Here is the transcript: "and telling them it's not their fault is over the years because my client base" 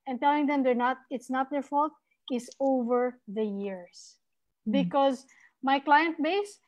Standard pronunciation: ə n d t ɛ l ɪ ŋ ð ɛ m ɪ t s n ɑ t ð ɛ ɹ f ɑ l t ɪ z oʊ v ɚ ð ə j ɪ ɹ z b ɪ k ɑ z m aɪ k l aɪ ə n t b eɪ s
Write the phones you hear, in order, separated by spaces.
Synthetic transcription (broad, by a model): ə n t ɛ l ɪ ŋ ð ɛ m ɪ t s n ɑ t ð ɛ ɹ f ɑ l t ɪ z oʊ v ɚ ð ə j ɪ ɹ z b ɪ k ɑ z m aɪ k l aɪ ə n t b eɪ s